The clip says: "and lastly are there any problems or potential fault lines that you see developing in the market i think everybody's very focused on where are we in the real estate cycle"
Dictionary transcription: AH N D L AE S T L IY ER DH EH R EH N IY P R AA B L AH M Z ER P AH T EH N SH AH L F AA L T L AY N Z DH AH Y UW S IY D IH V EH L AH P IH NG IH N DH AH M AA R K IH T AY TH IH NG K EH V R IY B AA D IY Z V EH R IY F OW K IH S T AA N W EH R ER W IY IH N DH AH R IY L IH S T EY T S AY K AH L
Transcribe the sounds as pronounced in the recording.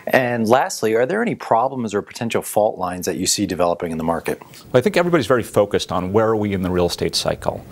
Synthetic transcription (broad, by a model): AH N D L AE S T L IY ER DH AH R EH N IY P R AA B L AH M Z ER P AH T EH N SH L F AA L T L AY N Z DH AH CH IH S IY D IH V EH L AH P IH NG IH N DH AH M AA R K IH T AY TH IH NG K EH V R IY B AA D IY Z V EH R IY F OW K IH S T N W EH R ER W IY IH N DH AH R IY L S T EY T S AY K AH L